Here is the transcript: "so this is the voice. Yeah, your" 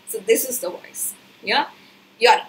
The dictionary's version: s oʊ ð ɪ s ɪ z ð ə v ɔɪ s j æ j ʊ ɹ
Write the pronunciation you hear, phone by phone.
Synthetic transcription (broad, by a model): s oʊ ð ɪ s ɪ z ð ə w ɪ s j æ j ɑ